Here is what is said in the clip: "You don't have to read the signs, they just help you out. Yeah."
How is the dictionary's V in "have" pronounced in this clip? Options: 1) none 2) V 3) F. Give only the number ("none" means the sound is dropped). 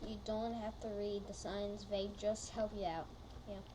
3